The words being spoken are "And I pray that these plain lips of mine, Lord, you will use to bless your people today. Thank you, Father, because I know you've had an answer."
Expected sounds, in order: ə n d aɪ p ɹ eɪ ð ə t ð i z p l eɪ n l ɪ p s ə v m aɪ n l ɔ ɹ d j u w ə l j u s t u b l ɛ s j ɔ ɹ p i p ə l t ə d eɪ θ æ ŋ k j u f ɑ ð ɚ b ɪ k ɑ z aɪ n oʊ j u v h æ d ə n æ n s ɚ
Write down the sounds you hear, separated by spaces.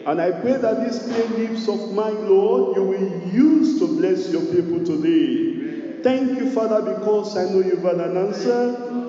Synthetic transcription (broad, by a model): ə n aɪ p ɹ eɪ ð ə t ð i s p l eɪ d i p s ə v m aɪ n l ɔ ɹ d j u w ə l j u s t u b l ɛ s j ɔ p i p ə l t ə d eɪ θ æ ŋ k j u f ɑ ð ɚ b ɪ k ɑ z aɪ n oʊ j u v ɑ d ə n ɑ n s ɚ